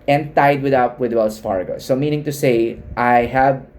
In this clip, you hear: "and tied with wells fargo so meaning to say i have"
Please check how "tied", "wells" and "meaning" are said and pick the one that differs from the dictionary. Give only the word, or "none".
wells